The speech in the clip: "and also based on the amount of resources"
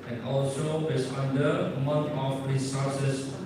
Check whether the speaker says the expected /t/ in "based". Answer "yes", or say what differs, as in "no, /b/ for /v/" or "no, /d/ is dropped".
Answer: no, /t/ is dropped